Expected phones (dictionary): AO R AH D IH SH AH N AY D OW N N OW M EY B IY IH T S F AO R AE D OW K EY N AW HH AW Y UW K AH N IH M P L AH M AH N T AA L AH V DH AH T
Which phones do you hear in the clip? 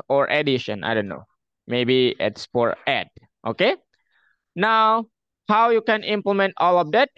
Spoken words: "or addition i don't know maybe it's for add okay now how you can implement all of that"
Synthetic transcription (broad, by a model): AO R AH D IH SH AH N AY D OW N N OW M EY B IY IH T S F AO R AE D OW K EY N AW HH AW Y UW K AH N IH M P L AH M AH N T AA L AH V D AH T